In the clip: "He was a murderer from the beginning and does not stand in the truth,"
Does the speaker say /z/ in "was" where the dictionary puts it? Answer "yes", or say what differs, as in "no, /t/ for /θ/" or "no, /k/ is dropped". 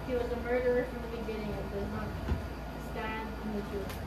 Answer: yes